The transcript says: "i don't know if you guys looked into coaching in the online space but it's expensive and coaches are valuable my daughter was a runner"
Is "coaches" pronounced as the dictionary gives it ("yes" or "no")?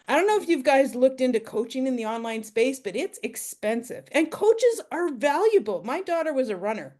yes